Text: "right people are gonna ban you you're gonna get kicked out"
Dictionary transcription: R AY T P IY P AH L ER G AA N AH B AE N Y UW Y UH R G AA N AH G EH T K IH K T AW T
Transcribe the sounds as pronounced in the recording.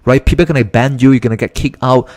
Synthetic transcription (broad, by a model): R AY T P IY P AH L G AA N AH B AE N Y UW Y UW G AA N AH G EH T K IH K AW T